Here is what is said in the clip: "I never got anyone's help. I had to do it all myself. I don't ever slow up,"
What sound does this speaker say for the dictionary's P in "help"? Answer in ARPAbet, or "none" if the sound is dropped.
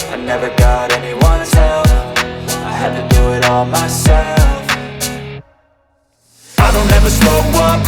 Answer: F